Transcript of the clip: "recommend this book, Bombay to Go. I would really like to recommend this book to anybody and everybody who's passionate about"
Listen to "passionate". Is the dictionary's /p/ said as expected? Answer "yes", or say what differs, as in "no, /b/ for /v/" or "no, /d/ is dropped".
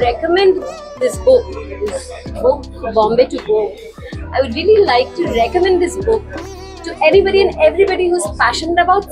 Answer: no, /f/ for /p/